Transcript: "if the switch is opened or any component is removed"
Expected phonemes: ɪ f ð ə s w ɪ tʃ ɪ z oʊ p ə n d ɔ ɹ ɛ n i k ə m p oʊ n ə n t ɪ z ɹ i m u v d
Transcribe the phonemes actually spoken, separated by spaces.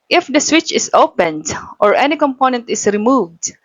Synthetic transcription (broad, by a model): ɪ f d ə s w ɪ tʃ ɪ s oʊ p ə n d ɔ ɹ ɛ n i k ə m p oʊ n ə n t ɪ s ɹ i m u v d